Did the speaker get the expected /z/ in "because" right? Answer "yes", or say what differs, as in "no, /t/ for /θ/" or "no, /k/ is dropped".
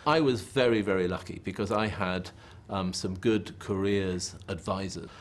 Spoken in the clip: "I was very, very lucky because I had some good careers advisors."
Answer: yes